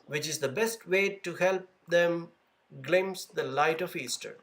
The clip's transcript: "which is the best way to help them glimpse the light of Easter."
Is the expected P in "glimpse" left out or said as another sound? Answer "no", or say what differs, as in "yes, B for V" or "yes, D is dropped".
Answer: yes, P is dropped